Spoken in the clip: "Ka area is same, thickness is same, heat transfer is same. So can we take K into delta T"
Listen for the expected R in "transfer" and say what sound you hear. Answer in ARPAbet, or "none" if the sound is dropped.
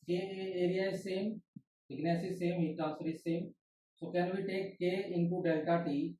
none